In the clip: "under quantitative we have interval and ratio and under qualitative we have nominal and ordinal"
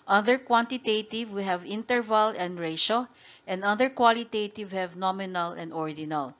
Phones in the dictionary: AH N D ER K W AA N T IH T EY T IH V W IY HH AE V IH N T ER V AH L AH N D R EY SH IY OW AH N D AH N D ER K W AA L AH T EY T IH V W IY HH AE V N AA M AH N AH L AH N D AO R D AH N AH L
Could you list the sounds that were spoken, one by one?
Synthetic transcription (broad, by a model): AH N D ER K W AA N T IH T EY T IH V W IY HH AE V IH N T ER V AH L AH N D R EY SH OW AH N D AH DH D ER K W AA L AH T EY T IH V HH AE V N AA M AH N AH L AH N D AO R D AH N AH L